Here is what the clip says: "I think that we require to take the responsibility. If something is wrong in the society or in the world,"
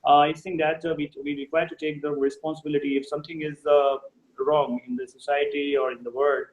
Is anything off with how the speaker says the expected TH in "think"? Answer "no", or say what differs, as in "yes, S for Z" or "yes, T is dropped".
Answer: yes, S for TH